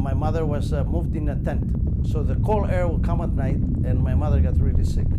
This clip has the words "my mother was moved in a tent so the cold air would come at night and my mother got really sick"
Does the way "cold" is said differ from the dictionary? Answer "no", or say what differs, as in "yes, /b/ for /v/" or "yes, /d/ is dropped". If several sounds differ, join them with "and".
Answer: yes, /d/ is dropped